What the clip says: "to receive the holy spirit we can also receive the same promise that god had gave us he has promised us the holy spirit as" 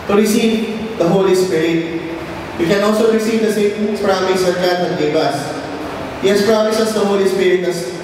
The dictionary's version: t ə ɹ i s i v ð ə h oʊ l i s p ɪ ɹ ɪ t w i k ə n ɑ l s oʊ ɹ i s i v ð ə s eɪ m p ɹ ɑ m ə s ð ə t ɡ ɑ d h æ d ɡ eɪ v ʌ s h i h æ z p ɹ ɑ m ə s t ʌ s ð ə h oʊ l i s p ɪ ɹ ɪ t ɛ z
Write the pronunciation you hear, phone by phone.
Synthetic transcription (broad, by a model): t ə ɹ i s i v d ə h oʊ l i s p ɪ ɹ ɪ t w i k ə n ɑ l s oʊ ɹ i s i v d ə s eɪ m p ɹ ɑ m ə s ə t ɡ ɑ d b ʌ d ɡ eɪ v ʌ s h i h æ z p ɹ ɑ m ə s ʌ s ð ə h oʊ l i s p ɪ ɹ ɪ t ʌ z